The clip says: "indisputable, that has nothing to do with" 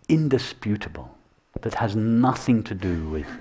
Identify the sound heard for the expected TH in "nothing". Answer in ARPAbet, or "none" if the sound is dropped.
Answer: TH